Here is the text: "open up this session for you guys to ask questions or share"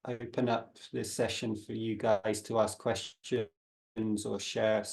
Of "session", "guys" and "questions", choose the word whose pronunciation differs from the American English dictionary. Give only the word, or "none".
none